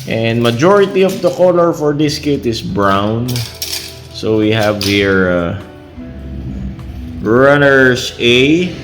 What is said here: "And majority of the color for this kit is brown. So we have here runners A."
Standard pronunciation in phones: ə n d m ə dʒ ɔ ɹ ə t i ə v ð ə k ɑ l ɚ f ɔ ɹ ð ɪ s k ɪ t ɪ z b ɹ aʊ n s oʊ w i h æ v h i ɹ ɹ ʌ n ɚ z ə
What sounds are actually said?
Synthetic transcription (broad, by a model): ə n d m ə dʒ ɔ ɹ ə t i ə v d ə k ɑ l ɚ f ɔ ɹ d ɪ s k ɪ t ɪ s b ɹ aʊ n s oʊ w i h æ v h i ɹ ɹ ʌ n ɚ s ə